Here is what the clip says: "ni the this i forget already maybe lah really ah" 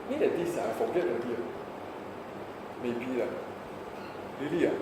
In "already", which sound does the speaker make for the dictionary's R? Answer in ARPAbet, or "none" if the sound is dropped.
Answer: none